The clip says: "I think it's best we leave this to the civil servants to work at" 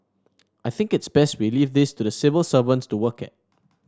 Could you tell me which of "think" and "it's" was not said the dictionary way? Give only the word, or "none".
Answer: none